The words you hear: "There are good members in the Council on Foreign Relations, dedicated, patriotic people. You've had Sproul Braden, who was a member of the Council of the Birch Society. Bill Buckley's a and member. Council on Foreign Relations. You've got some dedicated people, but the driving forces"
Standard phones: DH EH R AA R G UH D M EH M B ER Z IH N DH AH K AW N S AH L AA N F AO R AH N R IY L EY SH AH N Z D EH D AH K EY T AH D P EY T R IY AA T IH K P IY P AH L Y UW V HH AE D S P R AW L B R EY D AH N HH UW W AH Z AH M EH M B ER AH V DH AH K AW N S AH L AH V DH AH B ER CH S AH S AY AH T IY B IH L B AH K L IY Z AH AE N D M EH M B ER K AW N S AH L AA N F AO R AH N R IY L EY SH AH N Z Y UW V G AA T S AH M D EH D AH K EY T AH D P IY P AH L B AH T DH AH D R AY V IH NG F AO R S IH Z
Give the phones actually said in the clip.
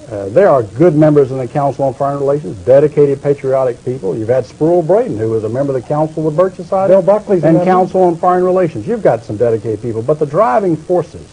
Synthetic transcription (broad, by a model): DH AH R R G UH D M EH M B ER Z IH N DH AH K AW N S L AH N F AO R AH N R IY L EY SH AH N Z D EH D AH K EY T AH D P EY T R IY AA T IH K P IY P L Y UW V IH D S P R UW L B R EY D N HH UW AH Z AH M EH M B ER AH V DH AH K AW N S L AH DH B ER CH S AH S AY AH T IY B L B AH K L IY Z AH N K AW N S L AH N F AO R AH N R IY L EY SH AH N Z Y UW V G AA T S AH M D EH D AH K EY T AH D P IY P L B AH T DH AH D R AY V IH NG F AO R S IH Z